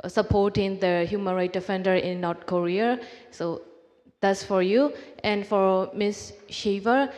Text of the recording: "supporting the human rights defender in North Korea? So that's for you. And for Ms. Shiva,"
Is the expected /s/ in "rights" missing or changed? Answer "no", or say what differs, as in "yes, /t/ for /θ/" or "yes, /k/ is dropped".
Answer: yes, /s/ is dropped